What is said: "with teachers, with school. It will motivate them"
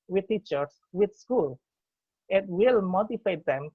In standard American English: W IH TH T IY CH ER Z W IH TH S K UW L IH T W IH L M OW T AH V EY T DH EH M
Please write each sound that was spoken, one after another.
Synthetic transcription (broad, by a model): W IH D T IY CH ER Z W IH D S K UW L IH T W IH L M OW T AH F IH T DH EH M